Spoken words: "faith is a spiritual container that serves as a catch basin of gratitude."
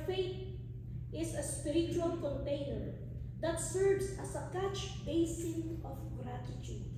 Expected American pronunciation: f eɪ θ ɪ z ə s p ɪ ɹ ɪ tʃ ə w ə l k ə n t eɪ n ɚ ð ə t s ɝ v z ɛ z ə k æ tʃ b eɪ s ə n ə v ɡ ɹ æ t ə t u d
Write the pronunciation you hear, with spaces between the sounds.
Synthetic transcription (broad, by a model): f eɪ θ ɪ s ə s p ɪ ɹ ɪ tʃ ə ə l k ə n t eɪ n ɚ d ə t s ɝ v s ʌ s ə k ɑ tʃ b eɪ s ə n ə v ɡ ɹ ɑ t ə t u d